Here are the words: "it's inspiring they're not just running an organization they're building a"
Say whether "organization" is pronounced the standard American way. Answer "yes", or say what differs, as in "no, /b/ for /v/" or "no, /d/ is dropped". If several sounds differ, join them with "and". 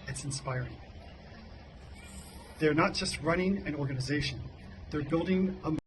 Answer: yes